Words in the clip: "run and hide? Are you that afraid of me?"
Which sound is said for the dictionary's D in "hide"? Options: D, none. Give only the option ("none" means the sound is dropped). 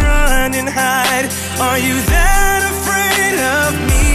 D